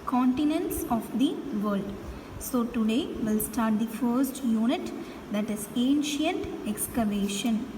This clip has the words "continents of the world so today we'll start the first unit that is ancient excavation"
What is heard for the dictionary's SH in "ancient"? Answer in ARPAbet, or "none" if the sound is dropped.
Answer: SH